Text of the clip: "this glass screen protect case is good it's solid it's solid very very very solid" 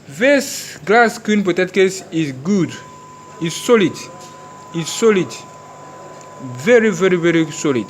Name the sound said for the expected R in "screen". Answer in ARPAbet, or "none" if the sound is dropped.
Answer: none